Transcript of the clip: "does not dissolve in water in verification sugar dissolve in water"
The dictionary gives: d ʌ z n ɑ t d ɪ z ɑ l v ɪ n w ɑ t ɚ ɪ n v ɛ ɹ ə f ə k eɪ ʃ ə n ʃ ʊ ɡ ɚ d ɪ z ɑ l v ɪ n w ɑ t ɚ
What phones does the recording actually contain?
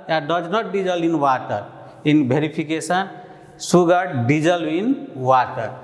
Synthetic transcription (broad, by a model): d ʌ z n ɑ t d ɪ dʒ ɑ l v ɪ n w ɑ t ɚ ɪ n b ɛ ɹ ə p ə k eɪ s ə n s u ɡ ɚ d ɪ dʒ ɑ l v ɪ n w ɑ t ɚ